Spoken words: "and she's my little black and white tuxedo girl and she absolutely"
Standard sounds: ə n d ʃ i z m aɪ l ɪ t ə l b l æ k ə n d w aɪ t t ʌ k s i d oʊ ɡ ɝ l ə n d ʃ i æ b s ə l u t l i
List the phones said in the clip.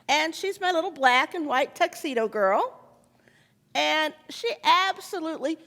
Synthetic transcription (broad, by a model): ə n ʃ i z m aɪ l ɪ t l b l æ k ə n w aɪ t t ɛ k s i d oʊ ɡ ɝ l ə n ʃ i æ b s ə l u t l i